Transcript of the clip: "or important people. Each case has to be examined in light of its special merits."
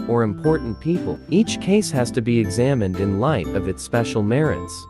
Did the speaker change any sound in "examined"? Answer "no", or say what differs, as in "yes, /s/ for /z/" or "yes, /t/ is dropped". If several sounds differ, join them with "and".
no